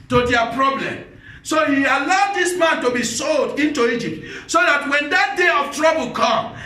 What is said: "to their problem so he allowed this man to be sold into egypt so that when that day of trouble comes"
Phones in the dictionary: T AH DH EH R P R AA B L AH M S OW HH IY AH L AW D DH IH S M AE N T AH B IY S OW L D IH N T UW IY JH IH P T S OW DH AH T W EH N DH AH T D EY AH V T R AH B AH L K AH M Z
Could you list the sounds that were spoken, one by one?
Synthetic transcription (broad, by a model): T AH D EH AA P R AA B L AH M S OW HH IY AH L AW D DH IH S M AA N T AH B IY S OW L D IH N T UW IY JH IH P T S OW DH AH T W EH N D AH T D EY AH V T R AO B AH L K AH M